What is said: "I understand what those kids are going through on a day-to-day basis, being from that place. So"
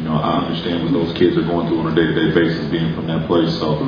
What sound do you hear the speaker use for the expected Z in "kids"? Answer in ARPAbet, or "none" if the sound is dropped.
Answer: Z